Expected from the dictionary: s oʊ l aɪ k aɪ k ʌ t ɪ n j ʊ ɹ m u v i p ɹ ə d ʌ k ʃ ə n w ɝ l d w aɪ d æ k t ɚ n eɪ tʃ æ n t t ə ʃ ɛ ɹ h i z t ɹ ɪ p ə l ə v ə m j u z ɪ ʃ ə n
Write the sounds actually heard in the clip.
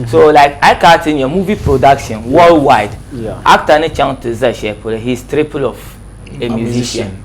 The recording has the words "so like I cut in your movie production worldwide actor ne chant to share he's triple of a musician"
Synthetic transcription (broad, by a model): s oʊ l aɪ k aɪ k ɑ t ɪ n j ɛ m u v i p ɹ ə d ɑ k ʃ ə n w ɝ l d w aɪ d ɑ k t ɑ n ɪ tʃ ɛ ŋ t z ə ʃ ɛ l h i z t ɹ ɪ p ə l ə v ə m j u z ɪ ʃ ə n